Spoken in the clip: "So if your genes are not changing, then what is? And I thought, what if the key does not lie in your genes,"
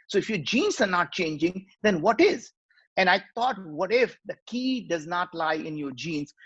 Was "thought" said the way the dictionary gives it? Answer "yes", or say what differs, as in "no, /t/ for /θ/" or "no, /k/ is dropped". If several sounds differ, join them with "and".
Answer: no, /t/ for /θ/